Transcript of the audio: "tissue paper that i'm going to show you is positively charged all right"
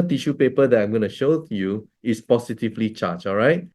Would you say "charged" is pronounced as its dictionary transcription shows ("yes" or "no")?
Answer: no